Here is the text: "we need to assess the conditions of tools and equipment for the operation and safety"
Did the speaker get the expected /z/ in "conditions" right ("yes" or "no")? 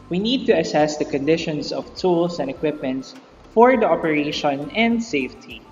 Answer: no